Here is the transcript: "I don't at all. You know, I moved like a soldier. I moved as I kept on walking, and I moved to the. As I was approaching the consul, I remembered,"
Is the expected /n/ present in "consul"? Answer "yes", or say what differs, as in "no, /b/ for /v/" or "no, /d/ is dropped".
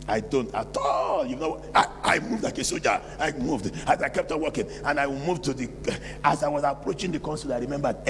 yes